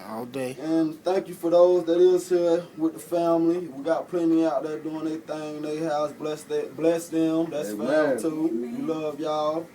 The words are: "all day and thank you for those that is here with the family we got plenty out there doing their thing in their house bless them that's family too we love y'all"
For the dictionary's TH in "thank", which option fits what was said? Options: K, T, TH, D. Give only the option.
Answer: TH